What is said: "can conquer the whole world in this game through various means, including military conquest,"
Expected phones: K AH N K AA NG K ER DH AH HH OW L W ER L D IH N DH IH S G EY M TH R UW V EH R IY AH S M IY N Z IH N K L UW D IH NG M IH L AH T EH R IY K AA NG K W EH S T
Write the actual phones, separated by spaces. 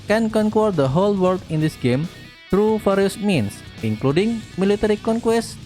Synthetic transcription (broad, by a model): K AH N K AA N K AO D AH HH OW L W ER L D IH N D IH S G EY M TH R UW F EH R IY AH S M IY N S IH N K L UW D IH NG M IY L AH T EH R IY K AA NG K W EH S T